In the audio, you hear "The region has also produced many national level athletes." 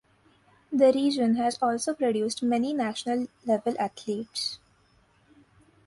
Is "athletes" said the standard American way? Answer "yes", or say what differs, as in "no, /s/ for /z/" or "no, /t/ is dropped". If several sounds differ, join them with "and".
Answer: no, /t/ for /θ/